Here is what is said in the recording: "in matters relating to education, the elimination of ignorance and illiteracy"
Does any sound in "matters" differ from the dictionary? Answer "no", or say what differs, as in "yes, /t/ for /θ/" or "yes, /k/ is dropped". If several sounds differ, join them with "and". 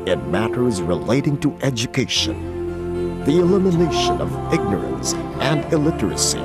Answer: no